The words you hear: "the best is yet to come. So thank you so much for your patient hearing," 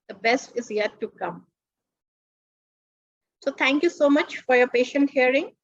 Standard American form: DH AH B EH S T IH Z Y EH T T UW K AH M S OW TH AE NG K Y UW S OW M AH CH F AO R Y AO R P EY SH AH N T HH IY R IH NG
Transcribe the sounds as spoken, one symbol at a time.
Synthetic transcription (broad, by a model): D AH B EH S T IH Z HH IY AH T UW K AH M S OW T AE NG K Y UW S OW M AH CH F AO R Y AO R P EY SH AH N T HH IY R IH NG